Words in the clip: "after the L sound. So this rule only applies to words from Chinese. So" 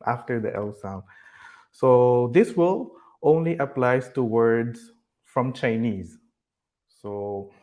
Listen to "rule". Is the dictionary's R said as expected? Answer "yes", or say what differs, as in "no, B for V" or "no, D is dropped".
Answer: no, W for R